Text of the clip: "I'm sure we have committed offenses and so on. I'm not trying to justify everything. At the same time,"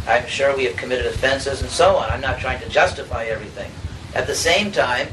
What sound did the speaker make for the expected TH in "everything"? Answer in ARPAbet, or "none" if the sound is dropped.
TH